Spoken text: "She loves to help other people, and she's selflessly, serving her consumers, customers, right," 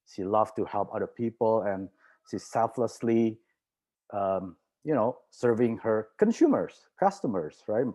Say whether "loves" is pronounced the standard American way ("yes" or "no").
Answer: no